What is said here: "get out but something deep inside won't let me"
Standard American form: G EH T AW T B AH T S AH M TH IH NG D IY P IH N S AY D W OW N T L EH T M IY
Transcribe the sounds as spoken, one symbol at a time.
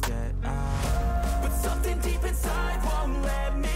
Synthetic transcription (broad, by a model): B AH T S AH M TH IH NG D IY P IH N S AY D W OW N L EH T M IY